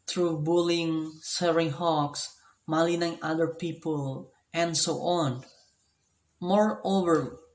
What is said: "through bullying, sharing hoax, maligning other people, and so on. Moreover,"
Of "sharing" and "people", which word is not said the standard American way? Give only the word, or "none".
sharing